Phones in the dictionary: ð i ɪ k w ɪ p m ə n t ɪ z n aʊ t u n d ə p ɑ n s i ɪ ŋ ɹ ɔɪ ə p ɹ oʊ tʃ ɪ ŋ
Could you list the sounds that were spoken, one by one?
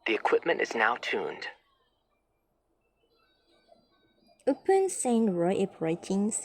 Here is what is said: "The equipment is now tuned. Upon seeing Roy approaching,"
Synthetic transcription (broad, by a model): ð i ɪ k w ɪ p m ə n t ɪ z n aʊ t u n d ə p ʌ n s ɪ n ɹ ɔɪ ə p ɹ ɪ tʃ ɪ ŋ